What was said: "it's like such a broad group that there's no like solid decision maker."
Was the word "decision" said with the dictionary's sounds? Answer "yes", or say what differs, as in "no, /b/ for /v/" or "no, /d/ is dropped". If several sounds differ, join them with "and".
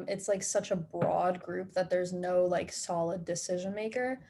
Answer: yes